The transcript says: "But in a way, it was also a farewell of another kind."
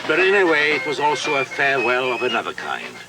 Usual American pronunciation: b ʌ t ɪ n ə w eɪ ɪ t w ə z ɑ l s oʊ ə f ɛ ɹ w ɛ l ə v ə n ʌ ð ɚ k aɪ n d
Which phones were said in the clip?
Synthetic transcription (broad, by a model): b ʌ t ɪ n ə w eɪ ɪ t w ə z ɑ l s oʊ ə f ɛ ɹ w ɛ l ə v ə n ʌ ð ɚ k aɪ n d